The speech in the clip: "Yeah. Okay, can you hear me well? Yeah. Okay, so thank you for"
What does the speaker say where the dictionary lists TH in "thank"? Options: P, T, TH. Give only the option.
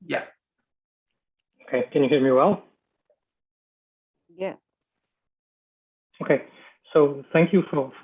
TH